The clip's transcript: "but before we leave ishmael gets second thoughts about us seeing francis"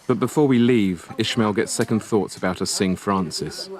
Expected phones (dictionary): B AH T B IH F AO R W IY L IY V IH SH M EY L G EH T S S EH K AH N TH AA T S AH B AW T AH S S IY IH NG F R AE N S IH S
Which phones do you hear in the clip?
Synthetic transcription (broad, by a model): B AH T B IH F AO W IY L IY V IH SH M EY L G EH T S S EH K AH N TH AA T S AH B AW T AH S S IH NG F R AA N S IH S